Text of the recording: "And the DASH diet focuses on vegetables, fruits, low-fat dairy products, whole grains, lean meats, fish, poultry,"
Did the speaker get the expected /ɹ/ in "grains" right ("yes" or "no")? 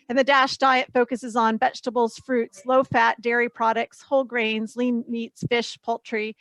yes